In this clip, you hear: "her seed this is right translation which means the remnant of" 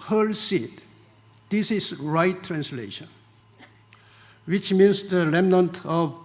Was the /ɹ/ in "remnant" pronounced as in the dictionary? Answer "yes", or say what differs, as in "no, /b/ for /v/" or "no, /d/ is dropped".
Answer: no, /l/ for /ɹ/